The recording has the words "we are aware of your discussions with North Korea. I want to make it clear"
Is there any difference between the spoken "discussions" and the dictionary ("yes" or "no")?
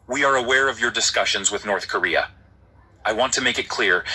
no